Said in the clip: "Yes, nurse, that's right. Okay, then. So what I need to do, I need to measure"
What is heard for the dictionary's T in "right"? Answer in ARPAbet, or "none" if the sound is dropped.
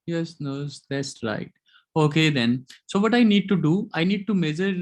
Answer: T